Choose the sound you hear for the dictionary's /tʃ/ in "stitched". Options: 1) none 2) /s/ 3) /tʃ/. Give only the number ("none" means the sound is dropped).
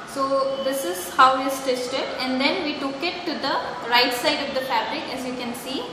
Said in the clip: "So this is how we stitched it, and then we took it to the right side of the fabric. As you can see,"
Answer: 2